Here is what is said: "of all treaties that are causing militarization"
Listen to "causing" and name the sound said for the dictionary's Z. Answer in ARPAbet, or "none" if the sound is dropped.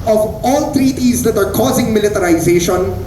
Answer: Z